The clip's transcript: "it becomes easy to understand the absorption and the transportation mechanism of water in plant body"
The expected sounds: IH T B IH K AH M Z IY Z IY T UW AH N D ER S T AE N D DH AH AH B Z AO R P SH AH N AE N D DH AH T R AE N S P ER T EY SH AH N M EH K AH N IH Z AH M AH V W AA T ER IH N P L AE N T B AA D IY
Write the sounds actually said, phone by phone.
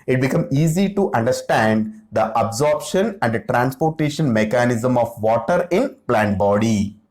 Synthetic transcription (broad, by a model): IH T B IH K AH M IY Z IY T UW AH N D ER S T AE N D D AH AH B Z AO R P SH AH N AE N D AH T R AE N S P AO T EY SH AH N M EH K AH N IH Z AH M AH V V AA T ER IH N P L AE N T B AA D IY